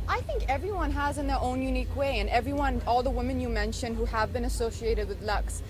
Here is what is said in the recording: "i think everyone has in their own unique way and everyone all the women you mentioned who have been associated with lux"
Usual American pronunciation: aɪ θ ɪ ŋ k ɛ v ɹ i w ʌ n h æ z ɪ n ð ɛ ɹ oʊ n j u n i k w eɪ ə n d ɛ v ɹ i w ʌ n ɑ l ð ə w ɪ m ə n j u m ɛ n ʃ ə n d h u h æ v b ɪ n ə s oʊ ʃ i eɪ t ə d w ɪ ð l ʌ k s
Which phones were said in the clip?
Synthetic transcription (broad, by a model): aɪ θ ɪ ŋ k ɛ v ɹ i w ʌ n h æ z ɪ n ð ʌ ɹ oʊ n j u n i k w eɪ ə n ɛ v ɹ i w ʌ n ɑ l ð ə w ɪ m ə n j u m ɛ n ʃ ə n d h u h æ v b ɪ n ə s oʊ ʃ i eɪ t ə d w ɪ ð l ʌ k s